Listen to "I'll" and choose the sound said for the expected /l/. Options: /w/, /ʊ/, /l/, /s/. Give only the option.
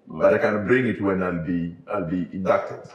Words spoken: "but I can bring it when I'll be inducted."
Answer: /l/